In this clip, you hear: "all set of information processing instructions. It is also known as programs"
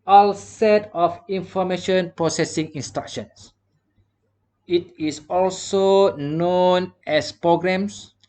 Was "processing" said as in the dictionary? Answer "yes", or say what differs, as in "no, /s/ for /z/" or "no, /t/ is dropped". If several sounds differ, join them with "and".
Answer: yes